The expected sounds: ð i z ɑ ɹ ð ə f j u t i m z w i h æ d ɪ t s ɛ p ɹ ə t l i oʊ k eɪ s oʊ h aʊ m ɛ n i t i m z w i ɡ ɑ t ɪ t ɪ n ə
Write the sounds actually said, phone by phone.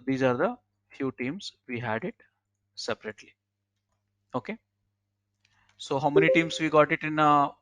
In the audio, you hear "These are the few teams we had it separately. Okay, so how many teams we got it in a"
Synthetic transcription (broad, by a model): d i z ɑ ɹ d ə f j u t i m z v i h æ d ɪ t s ɛ p ɹ ə t l i oʊ k eɪ s oʊ h aʊ m ɛ n i t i m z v i ɡ ɑ t ɪ t ɪ n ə